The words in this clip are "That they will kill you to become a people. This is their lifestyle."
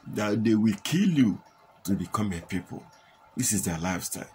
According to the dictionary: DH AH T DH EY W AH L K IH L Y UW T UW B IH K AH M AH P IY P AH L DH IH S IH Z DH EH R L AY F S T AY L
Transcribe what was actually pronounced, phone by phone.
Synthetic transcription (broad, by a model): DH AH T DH EY W AH L K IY L Y UW T UW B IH K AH M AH P IY P AH L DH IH S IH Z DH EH L AY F S T AY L